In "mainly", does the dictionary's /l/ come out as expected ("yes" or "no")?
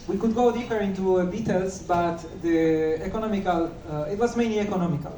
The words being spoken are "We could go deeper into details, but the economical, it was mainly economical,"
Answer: yes